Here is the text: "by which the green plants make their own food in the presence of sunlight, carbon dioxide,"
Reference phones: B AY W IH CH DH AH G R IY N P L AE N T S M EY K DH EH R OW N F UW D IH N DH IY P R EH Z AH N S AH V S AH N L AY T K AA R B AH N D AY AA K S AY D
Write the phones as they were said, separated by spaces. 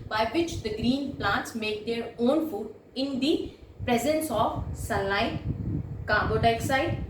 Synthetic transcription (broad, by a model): B AY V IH CH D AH G R IY N P L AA N T S M EY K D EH R OW N F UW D IH N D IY P R EH Z AH N S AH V S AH L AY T K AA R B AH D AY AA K S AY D